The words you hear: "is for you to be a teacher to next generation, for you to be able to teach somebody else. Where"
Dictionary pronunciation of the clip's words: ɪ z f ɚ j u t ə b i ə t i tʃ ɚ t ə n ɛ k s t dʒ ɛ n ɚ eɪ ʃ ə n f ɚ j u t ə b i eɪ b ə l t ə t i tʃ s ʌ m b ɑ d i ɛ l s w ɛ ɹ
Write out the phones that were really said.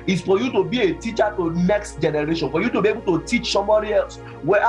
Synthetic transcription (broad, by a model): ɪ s f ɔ j u t ə b i ə t i tʃ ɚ t ə n ɛ k s t dʒ ɛ n ɚ eɪ ʃ ə n f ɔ j u t ə b i eɪ b ə l t ə t i tʃ s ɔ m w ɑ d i ɛ l s w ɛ